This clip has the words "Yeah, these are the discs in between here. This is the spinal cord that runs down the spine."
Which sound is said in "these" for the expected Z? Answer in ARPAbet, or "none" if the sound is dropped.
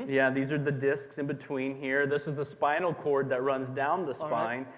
Z